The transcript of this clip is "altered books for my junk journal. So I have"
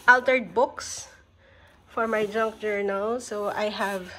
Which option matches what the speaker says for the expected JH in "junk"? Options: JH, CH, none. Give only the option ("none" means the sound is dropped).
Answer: JH